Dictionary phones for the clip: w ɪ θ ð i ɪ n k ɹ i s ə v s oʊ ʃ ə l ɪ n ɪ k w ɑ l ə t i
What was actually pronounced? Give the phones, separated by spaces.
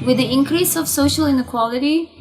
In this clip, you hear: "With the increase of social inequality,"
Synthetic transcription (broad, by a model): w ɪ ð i ɪ n k ɹ i s ə v s oʊ ʃ ə l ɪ n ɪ k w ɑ l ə t i